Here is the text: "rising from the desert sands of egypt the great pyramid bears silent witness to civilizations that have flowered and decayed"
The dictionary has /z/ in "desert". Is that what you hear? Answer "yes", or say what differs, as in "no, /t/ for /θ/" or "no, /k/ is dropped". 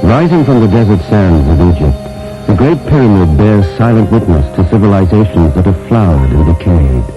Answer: yes